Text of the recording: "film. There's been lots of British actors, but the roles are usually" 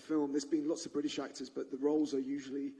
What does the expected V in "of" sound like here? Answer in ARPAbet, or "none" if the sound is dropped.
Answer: V